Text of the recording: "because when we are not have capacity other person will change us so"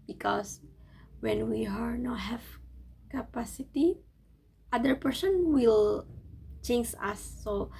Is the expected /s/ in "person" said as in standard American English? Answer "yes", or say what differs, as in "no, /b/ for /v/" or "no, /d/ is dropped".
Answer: yes